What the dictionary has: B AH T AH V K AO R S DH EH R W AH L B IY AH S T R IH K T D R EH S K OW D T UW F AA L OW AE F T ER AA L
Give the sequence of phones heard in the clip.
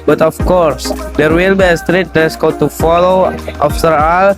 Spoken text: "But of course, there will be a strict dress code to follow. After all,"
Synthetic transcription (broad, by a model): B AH T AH F K AO R S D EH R W AH L B IY S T R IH T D EH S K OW T UW F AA L OW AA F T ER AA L